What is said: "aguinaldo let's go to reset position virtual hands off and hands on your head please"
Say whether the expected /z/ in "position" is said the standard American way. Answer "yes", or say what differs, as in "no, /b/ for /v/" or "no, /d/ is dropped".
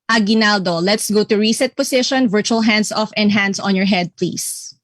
no, /s/ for /z/